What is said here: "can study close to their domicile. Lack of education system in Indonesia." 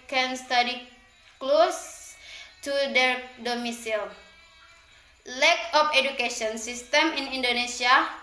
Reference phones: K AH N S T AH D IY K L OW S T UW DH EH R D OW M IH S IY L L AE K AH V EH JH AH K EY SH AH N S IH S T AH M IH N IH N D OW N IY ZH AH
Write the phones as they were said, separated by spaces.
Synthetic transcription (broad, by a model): K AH N S T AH D IY K L OW S T UW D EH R D OW M IH S IY L L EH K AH F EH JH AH K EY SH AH N S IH S T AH M IH N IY N D OW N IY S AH